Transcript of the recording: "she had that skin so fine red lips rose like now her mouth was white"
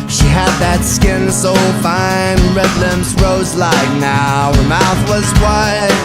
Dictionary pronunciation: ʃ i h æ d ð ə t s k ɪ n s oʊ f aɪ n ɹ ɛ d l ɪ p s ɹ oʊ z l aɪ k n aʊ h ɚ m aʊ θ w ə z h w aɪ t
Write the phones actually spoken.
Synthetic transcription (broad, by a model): ʃ i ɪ d ð ə t s k ɪ n s oʊ f aɪ n ɹ ɛ d l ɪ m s ɹ oʊ z l aɪ k n aʊ h ɚ m aʊ θ w ə z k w aɪ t